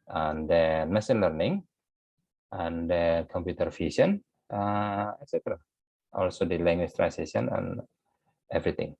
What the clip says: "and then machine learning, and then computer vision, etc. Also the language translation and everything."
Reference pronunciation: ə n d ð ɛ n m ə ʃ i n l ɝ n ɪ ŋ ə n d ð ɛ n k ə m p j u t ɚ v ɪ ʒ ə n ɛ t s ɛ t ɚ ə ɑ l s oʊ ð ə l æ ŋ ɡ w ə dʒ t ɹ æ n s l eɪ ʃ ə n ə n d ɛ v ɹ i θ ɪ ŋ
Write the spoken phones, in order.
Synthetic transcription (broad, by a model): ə n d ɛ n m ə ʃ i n l ɝ n ɪ ŋ ə n d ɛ k ə m p j u t ɚ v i s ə n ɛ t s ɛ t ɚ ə ɑ l s oʊ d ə l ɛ ŋ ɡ w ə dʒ t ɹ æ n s eɪ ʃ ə n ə n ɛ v ɹ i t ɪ ŋ